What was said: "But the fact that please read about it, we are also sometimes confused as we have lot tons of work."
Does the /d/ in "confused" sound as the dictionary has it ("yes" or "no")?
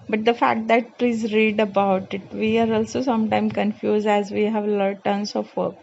yes